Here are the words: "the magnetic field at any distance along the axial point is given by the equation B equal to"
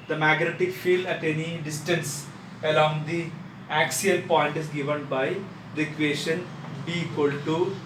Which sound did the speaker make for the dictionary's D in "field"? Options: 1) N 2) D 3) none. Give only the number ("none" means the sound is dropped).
3